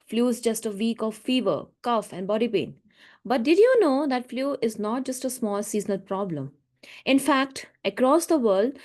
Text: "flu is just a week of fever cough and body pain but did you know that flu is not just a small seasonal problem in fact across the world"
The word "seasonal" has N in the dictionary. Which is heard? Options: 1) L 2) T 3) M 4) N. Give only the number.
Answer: 4